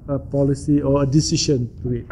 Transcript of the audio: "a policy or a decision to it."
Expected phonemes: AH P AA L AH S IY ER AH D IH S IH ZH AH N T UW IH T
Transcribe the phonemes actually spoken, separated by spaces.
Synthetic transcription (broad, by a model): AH P AA L AH S IY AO AH D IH S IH SH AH N T UW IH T